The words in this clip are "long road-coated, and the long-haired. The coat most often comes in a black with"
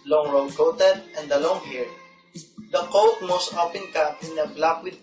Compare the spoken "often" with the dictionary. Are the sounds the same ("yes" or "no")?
no